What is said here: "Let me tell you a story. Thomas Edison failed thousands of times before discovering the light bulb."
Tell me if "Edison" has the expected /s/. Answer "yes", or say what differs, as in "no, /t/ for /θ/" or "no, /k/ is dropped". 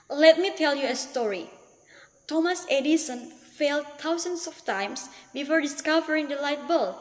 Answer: yes